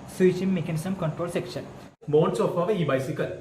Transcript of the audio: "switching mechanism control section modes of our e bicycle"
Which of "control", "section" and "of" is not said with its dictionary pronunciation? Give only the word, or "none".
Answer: of